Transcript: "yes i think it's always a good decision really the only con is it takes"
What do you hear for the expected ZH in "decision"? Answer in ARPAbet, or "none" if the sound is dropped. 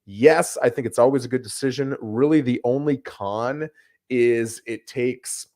ZH